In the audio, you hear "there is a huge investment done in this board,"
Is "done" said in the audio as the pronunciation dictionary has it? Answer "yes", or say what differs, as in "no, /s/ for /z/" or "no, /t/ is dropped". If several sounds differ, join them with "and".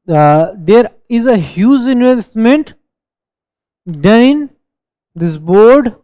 no, /n/ is dropped